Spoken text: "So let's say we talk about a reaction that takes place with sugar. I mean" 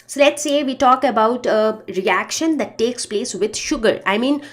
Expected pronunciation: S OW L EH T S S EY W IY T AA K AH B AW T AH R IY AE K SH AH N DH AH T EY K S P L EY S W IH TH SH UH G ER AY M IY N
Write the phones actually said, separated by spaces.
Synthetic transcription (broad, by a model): S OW L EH T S S EY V IY T AA K AH B AW T AH R IY AE K SH AH N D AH T EY K S P L EY S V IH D SH UH G ER AY M IY N